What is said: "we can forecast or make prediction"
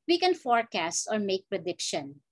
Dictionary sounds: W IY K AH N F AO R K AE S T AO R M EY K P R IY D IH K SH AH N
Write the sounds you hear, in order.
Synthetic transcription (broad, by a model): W IY K AH N F AO R K AE S T AO R M EY K P R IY D IH K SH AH N